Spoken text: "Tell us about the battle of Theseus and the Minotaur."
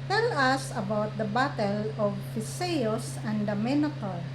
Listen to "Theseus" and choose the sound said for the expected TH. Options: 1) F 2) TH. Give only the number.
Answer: 1